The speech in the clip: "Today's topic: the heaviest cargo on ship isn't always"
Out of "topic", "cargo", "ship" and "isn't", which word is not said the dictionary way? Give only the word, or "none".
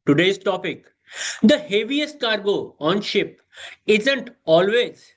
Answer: none